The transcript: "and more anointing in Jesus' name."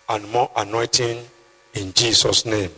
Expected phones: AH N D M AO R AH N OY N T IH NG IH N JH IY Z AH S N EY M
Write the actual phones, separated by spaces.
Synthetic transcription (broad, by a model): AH N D M AO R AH N OY T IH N IH N JH IY S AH S N EY M